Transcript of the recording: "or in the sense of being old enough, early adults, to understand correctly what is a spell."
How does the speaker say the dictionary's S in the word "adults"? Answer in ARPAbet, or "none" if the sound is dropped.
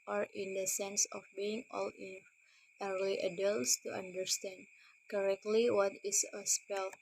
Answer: S